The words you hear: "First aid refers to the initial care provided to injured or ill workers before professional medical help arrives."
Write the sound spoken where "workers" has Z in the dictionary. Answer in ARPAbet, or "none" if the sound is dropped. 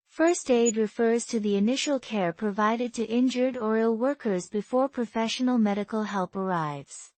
Z